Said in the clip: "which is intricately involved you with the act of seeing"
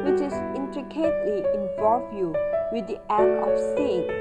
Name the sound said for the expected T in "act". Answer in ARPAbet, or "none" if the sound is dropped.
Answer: none